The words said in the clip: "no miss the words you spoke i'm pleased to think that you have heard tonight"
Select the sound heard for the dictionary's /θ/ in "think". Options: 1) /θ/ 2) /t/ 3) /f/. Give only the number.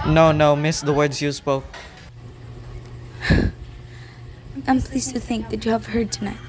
1